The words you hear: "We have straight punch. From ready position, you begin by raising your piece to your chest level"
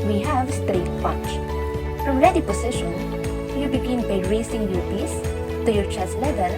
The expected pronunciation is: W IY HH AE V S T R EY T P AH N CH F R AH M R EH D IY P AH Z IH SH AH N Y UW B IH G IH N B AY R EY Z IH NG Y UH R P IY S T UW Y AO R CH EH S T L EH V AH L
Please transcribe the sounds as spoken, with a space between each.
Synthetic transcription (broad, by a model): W IY HH AE V S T R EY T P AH CH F R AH M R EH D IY P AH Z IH SH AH N Y UW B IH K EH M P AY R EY S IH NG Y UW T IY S T UW Y AO R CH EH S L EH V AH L